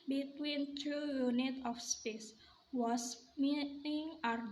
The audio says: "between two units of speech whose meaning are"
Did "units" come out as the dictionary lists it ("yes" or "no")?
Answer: no